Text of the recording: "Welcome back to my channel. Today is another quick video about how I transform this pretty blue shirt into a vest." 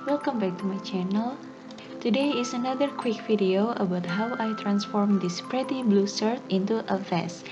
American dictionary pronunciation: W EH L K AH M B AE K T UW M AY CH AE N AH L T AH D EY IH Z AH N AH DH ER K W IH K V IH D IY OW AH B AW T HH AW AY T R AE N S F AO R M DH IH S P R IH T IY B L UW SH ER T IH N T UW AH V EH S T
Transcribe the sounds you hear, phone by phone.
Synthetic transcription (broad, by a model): W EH L K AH M B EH K T UW M AY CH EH N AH L T AH D EY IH S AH N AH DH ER K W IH K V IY D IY OW AH B AW T HH AW AY T R AE N S F AO R M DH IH S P R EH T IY B L UW S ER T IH N T UW AH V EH S